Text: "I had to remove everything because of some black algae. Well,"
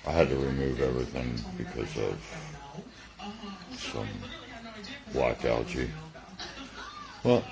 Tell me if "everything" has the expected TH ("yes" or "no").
yes